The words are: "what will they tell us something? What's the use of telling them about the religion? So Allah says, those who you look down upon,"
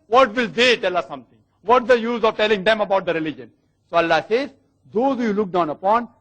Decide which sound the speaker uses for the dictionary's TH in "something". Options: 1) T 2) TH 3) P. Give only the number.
1